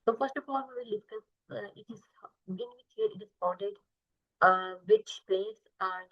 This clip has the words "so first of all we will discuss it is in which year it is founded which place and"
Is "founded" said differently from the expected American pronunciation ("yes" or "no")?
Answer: yes